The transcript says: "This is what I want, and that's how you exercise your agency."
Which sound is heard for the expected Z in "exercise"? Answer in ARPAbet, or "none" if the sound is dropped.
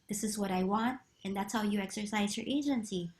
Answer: Z